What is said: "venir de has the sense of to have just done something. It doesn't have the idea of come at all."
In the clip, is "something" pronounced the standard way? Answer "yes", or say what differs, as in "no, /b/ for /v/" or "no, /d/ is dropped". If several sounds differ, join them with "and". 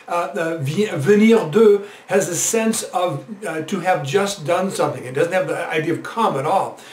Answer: yes